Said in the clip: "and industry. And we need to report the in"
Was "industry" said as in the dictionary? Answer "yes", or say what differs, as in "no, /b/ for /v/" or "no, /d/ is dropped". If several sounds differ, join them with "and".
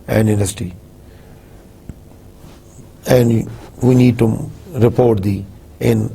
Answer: no, /ɹ/ is dropped